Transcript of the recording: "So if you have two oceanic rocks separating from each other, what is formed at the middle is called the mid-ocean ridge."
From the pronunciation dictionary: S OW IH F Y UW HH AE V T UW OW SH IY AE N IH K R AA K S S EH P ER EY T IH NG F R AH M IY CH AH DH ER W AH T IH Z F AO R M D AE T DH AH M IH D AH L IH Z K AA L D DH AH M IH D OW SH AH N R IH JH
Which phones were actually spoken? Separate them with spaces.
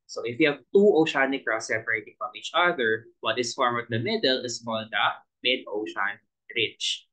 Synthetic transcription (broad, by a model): S OW IH F Y UW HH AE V T UW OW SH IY N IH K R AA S S EH P ER EY T IH NG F R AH M IY CH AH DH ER W AH T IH S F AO R M AO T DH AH M IH D AH L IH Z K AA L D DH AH M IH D OW SH AH N R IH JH